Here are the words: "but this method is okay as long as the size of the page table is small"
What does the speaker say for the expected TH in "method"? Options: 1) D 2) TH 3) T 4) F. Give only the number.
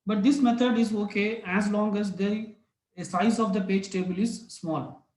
3